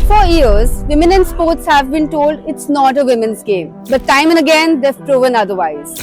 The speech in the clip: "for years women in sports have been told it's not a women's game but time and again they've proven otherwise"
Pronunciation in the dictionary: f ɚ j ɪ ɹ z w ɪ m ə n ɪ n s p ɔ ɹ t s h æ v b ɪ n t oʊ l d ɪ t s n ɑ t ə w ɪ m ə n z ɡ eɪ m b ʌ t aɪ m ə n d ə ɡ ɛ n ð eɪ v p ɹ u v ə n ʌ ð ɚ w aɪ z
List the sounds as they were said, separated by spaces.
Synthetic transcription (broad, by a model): f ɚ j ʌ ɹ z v ɪ m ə n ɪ n s p ɔ ɹ t s h æ v b ɪ n t oʊ l d ɪ t s n ɑ t ə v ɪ m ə n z ɡ eɪ m b ʌ t aɪ m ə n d ə ɡ ɛ n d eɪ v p ɹ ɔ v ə n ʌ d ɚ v aɪ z